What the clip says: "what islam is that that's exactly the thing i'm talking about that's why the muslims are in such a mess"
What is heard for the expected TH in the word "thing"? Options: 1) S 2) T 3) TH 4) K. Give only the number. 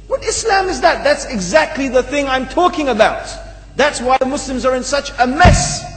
3